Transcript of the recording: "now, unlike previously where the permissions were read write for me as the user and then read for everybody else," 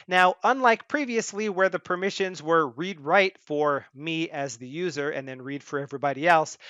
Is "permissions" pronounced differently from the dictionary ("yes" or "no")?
no